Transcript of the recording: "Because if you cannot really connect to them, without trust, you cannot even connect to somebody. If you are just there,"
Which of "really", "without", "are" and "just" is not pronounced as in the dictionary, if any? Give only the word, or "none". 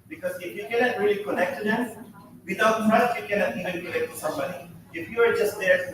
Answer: without